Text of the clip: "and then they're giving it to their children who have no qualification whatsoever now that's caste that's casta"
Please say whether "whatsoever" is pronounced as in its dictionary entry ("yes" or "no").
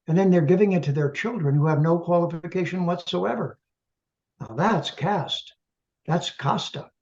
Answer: yes